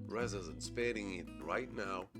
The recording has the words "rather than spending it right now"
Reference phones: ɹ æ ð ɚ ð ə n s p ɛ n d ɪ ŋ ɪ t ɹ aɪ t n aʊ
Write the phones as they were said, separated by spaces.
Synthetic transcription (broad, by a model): ɹ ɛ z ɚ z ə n s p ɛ d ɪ ŋ ɪ t ɹ aɪ t n aʊ